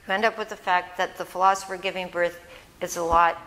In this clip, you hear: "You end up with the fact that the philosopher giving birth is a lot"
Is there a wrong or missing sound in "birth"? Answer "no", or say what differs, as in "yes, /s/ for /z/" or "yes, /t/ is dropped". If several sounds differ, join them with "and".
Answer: no